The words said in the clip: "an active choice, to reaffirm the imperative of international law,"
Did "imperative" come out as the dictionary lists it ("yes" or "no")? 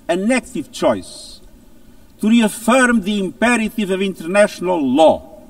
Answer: yes